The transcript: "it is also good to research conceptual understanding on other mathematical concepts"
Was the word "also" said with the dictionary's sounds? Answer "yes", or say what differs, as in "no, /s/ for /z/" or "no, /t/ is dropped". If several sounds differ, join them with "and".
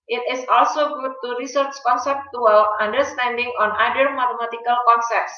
yes